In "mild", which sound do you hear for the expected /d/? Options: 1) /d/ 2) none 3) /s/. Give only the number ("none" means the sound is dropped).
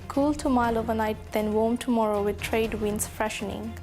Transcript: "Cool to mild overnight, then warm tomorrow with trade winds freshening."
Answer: 2